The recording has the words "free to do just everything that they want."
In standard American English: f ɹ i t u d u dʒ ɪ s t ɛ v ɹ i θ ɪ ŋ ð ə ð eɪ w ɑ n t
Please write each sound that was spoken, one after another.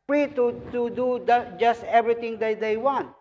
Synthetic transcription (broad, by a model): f ɹ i t u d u dʒ ɪ s t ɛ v ɹ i t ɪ ŋ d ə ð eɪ w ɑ n t